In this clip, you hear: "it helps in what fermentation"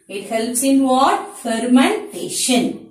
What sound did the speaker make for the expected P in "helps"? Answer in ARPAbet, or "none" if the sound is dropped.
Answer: P